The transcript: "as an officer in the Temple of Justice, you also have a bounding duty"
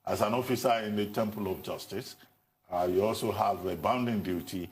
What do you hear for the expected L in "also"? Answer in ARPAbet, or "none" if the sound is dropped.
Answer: L